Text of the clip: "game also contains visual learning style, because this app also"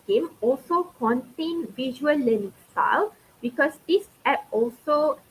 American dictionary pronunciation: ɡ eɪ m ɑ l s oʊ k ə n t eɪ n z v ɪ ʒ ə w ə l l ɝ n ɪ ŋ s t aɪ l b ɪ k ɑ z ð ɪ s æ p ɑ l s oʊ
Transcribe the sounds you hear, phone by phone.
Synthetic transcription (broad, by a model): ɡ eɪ m ɑ l s oʊ k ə n t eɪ n v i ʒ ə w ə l l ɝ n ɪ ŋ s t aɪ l b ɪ k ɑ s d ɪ s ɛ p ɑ l s oʊ